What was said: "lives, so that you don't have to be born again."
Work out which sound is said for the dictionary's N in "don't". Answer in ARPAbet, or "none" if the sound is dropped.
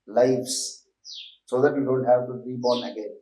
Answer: L